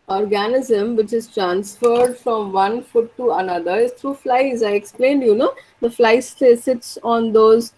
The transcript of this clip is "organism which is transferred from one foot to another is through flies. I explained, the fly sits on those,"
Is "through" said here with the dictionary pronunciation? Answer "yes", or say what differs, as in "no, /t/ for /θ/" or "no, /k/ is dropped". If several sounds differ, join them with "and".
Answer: no, /t/ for /θ/